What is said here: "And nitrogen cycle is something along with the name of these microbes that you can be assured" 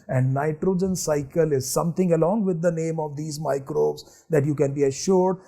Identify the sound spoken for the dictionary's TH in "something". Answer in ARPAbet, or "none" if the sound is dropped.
T